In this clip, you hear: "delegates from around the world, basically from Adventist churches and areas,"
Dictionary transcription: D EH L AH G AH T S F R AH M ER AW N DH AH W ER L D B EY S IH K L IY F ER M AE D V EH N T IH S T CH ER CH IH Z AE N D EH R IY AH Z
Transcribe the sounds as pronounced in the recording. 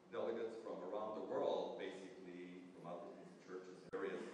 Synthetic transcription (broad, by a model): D EH L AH G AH T S F R AH M ER AW N DH AH W ER L D B EY S IH K L IY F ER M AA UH T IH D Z CH ER CH IH Z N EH R IY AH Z